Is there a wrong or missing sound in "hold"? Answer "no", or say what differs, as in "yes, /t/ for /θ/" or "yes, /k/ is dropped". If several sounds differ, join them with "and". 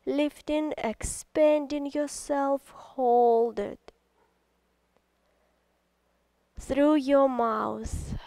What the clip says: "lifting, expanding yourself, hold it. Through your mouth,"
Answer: no